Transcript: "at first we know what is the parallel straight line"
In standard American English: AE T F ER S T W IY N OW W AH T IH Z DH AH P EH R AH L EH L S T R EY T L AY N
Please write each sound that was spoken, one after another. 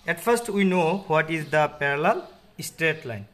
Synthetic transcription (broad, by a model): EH T F ER S T W IY N OW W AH T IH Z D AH P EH R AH L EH L S T R EY T L AY N